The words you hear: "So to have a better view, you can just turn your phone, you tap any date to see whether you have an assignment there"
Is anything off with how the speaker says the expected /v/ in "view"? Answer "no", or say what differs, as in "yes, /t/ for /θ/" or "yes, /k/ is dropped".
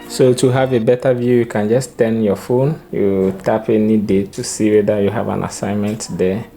no